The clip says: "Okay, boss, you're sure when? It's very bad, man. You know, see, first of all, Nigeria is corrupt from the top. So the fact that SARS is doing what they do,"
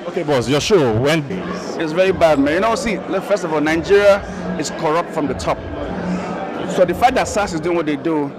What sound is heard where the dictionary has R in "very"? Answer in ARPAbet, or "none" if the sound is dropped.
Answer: R